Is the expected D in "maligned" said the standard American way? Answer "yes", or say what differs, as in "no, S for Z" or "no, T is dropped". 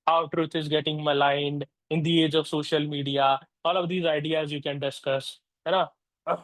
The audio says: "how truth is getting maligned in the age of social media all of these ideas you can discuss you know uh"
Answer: yes